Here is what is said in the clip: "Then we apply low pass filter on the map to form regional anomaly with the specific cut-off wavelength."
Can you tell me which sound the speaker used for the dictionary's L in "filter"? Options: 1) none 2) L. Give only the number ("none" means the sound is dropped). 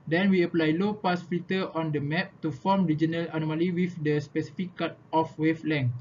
1